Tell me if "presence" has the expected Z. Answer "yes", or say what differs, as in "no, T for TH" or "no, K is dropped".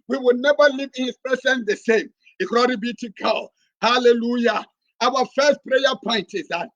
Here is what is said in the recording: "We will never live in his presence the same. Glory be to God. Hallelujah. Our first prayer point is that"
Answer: no, S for Z